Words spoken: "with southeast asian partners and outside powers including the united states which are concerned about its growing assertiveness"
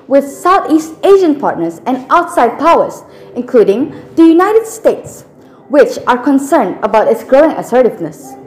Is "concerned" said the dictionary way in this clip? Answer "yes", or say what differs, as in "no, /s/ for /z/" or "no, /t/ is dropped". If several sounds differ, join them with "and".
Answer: yes